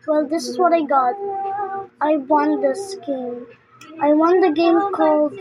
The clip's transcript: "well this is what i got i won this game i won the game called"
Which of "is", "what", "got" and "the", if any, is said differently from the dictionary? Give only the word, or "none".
none